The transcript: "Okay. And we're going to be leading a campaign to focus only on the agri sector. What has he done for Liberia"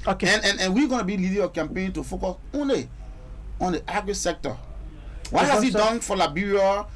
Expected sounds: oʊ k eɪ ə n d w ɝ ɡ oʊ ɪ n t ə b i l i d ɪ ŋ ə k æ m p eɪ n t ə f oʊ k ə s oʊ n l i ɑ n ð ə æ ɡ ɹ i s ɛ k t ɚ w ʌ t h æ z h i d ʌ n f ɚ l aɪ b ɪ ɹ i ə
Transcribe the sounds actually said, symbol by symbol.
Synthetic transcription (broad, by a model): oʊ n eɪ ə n w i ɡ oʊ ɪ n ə b i l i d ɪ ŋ ə k æ m p eɪ n t ə f oʊ k ə s oʊ n l i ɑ n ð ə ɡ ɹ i s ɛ k t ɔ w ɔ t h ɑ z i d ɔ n f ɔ l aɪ b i ɹ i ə